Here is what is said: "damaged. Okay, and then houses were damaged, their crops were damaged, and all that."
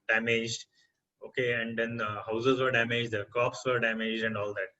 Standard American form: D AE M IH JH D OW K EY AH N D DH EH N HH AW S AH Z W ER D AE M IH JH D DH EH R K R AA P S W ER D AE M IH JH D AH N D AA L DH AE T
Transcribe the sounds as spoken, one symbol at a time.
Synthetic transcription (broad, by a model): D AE M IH JH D OW K EY AH N D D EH N HH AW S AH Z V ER D AE M IH JH D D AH K AA P S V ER D AE M IH JH D AH N D AA L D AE T